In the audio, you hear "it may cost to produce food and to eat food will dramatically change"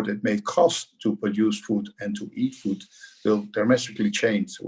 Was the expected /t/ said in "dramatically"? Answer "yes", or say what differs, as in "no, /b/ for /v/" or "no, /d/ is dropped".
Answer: no, /s/ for /t/